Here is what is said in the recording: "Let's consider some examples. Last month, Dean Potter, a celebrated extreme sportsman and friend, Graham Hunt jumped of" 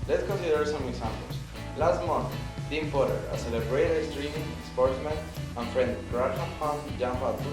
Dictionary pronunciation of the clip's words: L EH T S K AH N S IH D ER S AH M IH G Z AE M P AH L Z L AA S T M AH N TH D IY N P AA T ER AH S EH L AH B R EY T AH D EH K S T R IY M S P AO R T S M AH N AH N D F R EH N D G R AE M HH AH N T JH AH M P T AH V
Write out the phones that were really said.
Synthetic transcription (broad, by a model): L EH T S K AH N S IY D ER S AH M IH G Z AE M P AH L S L AA S T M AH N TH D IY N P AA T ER AH S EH L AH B R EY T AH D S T R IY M S P AO R T S M AH N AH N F R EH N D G R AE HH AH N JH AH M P AH